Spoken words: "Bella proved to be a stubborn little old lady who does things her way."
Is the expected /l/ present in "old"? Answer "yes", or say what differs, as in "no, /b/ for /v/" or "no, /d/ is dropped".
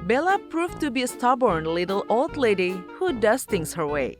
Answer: yes